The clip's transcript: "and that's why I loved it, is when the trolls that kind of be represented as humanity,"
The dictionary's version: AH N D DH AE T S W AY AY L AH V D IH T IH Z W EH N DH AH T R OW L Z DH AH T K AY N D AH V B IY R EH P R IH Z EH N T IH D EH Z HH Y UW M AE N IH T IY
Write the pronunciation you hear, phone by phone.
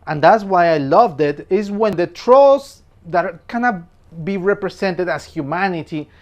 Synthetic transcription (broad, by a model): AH N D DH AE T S W AY AY L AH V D IH T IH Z W EH N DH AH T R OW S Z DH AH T K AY N AH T B IY R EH P R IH S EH N T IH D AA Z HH Y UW M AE N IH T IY